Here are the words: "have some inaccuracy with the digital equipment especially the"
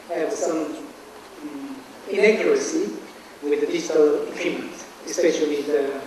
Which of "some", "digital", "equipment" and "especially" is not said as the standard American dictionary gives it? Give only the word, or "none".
equipment